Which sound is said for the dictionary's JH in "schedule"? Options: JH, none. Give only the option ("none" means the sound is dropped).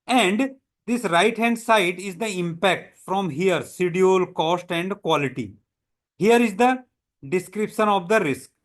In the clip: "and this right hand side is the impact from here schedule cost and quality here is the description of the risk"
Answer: none